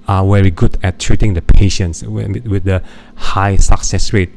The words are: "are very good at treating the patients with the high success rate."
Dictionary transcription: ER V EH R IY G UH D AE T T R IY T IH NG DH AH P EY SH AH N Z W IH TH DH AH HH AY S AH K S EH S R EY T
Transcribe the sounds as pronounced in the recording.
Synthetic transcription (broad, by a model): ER W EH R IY G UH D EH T T R IY T IH NG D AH P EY SH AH N S W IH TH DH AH HH AY S AH K S EH S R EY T